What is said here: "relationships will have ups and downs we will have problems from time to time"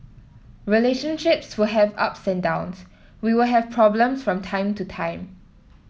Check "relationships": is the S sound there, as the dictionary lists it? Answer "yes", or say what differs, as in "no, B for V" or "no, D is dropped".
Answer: yes